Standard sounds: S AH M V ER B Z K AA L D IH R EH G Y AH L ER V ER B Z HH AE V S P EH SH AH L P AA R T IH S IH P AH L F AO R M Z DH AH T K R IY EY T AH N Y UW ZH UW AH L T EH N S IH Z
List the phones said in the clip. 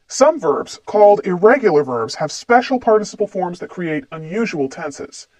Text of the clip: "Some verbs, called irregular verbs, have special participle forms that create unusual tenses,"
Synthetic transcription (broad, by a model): S AH M V ER B Z K AA L D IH R EH G Y L ER V ER B Z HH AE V S P EH SH L P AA R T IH S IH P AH L F AO R M Z DH AH T K R IY EY T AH N Y UW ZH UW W L T EH N S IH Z